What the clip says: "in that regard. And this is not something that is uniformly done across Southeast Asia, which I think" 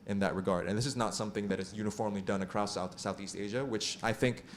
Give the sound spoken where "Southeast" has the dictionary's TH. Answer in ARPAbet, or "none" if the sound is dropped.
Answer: TH